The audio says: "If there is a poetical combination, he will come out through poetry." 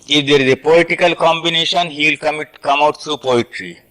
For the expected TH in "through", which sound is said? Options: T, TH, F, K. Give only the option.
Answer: T